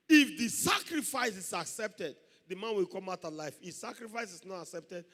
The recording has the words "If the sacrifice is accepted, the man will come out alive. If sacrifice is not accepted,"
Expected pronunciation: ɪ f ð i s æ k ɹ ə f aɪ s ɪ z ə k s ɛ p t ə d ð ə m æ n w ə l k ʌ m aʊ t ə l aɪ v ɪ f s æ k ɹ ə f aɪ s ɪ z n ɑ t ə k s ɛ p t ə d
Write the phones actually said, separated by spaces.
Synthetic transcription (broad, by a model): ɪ f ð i s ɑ k ɹ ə f aɪ s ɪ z ə k s ɛ p t ə d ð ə m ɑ n w ə l k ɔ m aʊ t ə l aɪ f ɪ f s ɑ k ɹ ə f aɪ s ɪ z n ɑ t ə k s ɛ p t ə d